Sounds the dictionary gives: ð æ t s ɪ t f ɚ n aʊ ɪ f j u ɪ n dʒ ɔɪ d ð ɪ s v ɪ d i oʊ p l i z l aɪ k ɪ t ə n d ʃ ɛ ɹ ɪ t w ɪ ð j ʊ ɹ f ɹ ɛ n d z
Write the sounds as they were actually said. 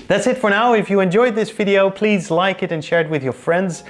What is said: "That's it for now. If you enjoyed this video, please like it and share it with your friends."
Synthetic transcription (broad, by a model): ð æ t s ɪ t f ɚ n aʊ ɪ f j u ɪ n dʒ ɔɪ d ð ɪ s v ɪ d i oʊ p l i z l aɪ k ɪ t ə n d ʃ ɛ ɹ ɪ t w ɪ ð j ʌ ɹ f ɹ ɛ n d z